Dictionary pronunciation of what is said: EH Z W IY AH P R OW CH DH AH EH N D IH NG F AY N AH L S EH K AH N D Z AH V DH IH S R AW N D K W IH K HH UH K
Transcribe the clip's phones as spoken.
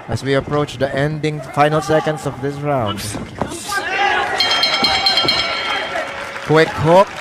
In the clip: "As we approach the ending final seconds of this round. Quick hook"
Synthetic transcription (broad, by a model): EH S W IY AH P R OW CH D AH EH N D IH NG F AY N AH L S EH K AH N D S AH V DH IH S R AW N D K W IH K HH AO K